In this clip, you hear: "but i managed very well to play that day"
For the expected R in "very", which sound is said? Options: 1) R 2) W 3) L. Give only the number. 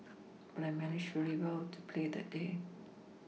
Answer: 3